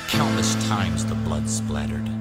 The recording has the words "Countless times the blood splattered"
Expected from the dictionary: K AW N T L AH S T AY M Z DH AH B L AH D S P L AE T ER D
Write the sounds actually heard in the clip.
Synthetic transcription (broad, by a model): K AW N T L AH S T AY M Z DH AH B L AH D S P L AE T ER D